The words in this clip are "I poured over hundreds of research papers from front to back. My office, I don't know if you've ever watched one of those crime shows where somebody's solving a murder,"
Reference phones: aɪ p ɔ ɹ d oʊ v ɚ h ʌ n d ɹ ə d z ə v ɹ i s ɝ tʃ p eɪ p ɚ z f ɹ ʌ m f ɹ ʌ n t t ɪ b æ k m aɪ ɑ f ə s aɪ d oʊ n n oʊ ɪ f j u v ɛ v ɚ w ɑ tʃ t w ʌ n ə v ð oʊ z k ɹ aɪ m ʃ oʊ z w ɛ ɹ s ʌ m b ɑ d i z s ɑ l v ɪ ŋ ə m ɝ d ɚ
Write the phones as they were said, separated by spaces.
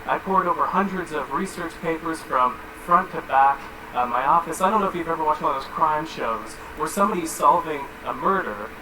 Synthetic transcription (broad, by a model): aɪ p ɔ ɹ d oʊ v ɚ h ʌ n d ɹ ə d z ə v ɹ i s ɝ tʃ p eɪ p ɚ z f ɹ ʌ m f ɹ ʌ n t t ɪ b æ k m aɪ ɑ f ə s aɪ d oʊ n n oʊ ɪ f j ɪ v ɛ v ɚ w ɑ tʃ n ð oʊ z k ɹ aɪ m ʃ oʊ z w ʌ ɹ s ʌ m b ɑ d i z s ɑ l v ɪ ŋ ə m ɝ d ɚ